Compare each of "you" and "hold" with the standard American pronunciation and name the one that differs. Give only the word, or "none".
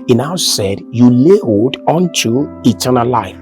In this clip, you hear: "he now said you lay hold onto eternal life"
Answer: hold